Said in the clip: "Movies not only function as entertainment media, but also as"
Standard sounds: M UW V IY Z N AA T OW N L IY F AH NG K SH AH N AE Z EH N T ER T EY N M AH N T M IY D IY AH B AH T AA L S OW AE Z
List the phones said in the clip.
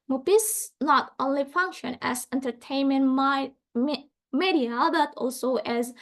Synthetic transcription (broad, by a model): M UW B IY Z N AA T OW N L IY F AH NG K SH AH N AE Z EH N T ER T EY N M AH N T M IY D IY AH B AH T AA L S OW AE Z